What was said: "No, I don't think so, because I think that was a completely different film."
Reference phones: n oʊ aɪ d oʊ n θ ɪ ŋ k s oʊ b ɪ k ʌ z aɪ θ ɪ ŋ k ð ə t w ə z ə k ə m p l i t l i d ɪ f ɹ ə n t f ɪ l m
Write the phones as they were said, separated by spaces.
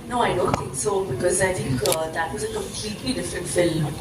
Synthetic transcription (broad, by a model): n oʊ aɪ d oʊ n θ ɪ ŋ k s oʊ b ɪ k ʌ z aɪ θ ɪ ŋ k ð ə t w ə z ə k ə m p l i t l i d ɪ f ə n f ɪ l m